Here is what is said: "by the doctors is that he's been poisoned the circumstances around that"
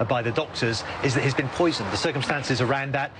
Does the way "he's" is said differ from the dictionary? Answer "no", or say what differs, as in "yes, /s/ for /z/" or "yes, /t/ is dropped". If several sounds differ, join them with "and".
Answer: no